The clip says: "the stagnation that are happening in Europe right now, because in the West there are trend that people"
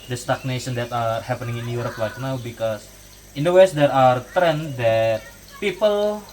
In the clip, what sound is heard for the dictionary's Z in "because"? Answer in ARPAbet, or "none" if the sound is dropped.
S